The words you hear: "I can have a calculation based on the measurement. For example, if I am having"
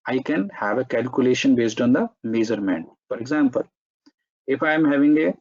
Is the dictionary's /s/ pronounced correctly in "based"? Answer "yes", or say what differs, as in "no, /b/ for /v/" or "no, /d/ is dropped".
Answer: yes